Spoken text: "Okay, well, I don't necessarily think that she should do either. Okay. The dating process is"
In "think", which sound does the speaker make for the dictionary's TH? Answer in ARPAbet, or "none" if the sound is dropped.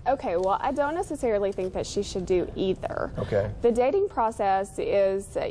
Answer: TH